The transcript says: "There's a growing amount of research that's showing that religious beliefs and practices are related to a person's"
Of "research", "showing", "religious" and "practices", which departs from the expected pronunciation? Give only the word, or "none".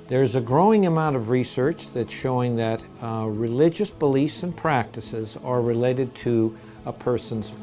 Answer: none